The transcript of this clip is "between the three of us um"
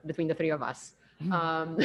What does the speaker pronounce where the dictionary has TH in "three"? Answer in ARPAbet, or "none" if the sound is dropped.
TH